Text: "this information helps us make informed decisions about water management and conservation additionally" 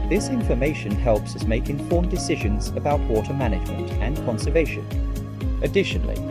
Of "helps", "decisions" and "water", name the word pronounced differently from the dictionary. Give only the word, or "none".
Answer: none